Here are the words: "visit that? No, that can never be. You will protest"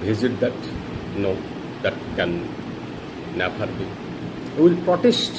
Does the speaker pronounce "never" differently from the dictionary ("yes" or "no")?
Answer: yes